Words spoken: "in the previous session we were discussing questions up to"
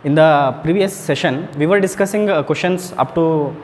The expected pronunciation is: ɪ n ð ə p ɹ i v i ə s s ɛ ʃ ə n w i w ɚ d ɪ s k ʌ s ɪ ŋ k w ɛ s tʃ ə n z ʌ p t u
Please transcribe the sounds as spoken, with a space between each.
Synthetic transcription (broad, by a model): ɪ n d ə p ɹ i v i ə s s ɛ ʃ ə n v i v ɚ d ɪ s k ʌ s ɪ ŋ k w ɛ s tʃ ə n s ʌ p t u